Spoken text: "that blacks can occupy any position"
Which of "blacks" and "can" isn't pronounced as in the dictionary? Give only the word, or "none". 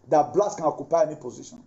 blacks